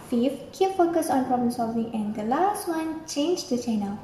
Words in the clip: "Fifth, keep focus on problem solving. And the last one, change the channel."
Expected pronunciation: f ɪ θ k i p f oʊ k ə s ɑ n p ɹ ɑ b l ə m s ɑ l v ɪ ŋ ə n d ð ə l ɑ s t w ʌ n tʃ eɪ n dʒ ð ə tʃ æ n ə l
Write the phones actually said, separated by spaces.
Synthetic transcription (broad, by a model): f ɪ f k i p f oʊ k ə s ɑ n p ɹ ɑ b l ə m s ɑ l v ɪ ŋ ə n d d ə l ɑ s t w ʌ n tʃ eɪ n dʒ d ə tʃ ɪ n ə